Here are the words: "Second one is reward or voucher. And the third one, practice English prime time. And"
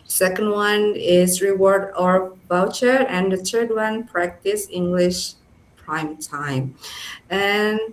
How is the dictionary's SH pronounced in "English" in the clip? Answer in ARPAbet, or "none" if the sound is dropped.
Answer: SH